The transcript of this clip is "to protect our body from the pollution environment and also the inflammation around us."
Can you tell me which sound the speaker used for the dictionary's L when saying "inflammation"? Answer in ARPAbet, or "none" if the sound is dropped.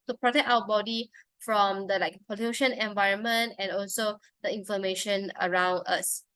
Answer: none